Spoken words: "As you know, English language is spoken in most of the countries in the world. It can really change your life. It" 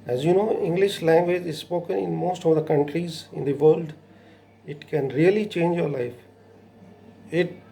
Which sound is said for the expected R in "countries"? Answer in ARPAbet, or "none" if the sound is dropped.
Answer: R